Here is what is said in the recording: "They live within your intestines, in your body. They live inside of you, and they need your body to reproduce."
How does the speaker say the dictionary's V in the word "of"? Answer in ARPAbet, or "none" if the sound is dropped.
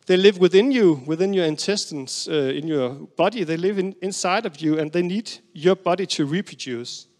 V